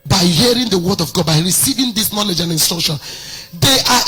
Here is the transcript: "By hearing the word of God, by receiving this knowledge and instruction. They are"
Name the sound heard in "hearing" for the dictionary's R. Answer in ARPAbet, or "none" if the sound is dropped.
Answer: R